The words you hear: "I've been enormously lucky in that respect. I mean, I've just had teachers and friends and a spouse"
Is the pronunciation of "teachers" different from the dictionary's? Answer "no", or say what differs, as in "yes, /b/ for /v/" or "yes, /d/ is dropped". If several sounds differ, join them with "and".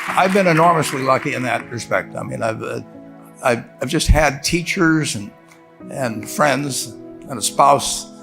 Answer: no